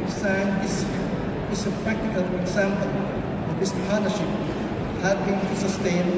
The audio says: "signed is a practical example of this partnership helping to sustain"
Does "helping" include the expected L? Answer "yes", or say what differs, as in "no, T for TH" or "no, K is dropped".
no, L is dropped